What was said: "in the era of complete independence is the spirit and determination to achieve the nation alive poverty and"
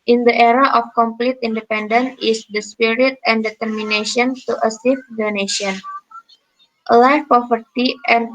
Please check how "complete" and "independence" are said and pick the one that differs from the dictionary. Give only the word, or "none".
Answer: independence